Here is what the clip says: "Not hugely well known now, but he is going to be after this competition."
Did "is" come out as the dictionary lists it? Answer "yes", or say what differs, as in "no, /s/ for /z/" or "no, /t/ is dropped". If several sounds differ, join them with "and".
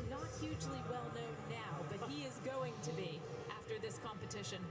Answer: yes